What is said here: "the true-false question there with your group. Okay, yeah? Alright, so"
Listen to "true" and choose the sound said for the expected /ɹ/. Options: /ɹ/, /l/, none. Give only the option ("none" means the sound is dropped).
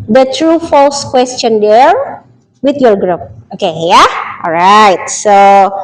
/ɹ/